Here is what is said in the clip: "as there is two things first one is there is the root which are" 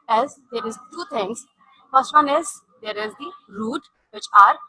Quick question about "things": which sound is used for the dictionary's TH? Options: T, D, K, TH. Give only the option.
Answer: T